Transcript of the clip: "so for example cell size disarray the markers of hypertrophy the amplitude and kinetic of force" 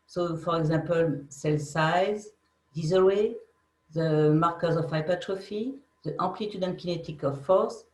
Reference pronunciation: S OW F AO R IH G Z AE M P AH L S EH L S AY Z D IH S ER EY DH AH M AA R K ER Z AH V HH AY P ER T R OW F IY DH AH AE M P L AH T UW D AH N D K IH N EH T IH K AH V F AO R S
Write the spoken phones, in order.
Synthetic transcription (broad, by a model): S OW F AO R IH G Z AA P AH L S EH L S AY Z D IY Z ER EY DH AH M AA R K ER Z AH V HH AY P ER T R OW F IY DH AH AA P L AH T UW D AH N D K IH N EH T IH K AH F AO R S